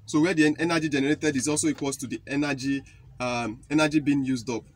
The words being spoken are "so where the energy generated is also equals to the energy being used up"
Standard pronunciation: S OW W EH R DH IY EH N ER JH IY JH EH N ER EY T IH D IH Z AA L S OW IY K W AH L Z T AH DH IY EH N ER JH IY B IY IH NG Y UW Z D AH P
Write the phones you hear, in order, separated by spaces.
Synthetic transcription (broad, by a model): S OW W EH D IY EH N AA JH IY JH EH N ER EY T IH D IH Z AA L S OW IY K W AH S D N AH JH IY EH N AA JH IY B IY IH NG Y UW Z D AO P